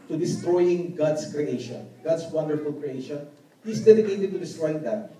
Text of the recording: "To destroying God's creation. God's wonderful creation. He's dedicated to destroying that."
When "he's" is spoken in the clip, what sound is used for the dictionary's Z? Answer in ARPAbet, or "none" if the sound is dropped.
S